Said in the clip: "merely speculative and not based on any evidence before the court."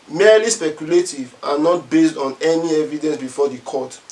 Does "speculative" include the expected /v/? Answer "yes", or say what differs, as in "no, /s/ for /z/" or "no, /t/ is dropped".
yes